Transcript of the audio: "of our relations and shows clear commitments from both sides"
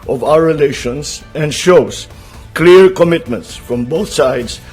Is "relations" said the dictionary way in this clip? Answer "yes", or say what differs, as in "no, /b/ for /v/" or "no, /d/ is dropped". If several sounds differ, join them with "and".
no, /s/ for /z/